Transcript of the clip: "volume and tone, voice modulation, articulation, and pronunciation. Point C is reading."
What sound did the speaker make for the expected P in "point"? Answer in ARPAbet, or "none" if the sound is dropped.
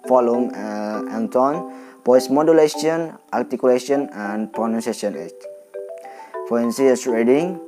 F